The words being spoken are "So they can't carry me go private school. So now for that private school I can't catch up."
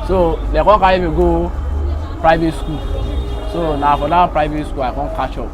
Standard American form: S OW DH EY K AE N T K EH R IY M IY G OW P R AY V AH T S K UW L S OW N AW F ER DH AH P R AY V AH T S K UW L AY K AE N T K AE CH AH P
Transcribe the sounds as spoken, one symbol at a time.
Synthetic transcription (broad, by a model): S OW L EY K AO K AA IY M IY G OW P R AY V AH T S K UW L S OW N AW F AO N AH P R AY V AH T S K UW L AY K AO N K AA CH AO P